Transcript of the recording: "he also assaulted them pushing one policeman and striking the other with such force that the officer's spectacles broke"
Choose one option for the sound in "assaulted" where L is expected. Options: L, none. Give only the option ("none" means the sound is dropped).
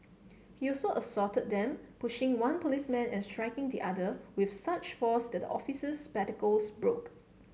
none